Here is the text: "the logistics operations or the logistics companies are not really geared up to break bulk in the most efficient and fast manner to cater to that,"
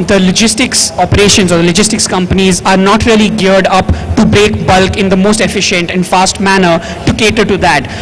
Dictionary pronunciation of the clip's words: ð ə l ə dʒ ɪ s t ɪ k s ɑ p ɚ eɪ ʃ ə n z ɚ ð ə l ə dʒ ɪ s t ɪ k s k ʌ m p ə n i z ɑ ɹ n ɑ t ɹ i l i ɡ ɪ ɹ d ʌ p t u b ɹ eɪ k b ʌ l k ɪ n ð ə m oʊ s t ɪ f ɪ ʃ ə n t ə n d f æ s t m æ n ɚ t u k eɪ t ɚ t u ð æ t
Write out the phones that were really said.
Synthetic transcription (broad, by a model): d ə l ə dʒ ɪ s t ɪ k s ɑ p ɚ eɪ ʃ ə n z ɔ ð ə l ə dʒ ɪ s t ɪ k s k ʌ m p ə n i z ɑ ɹ n ɑ t ɹ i l i ɡ ɪ ɹ d ʌ p t u b ɹ eɪ k b ʌ l k ɪ n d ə m oʊ s t ɪ f ɪ ʃ ə n t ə n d f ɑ s t m æ n ɚ t u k eɪ t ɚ t u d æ t